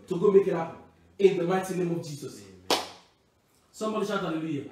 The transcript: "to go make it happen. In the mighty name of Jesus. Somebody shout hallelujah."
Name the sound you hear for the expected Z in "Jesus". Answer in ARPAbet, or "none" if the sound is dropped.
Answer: S